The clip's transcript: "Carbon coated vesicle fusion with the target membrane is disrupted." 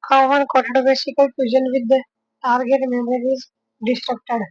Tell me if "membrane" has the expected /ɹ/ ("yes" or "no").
no